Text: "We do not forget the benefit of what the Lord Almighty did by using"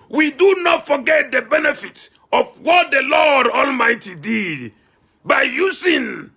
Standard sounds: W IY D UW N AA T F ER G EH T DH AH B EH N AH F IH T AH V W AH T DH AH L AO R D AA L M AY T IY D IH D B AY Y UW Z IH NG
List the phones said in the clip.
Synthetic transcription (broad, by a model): W IY D UW N AA T F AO G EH T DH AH B EH N AH F IH T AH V W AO T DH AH L AO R D AA L M AY T IY D IH D B AY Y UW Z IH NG